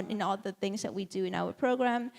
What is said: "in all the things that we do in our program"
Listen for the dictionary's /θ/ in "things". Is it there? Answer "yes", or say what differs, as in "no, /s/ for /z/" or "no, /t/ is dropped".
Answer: yes